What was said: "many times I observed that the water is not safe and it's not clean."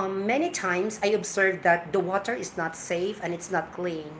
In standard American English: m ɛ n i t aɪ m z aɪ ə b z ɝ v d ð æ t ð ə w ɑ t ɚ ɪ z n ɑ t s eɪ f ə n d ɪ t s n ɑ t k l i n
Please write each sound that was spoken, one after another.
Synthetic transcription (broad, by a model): m ɛ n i t aɪ m s aɪ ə b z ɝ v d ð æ t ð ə w ɑ t ɚ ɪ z n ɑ t s eɪ f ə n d ɪ t s n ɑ t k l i n